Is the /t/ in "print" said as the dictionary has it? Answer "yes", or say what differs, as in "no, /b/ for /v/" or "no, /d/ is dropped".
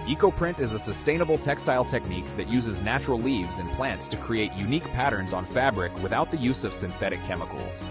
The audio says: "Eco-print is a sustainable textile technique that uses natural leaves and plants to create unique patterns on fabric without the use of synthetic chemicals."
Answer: yes